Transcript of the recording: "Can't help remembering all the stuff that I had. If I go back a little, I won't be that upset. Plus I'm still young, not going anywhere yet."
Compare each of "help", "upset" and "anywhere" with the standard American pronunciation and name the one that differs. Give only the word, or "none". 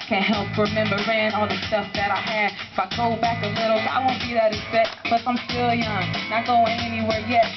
upset